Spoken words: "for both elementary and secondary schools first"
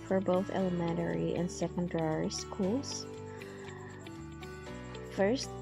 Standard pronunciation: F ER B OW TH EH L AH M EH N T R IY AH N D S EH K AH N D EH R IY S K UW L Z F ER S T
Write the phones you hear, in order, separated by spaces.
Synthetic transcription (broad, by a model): F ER B OW TH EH L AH M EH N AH R IY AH N S EH K AH N D EH R IY S K UW L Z F ER S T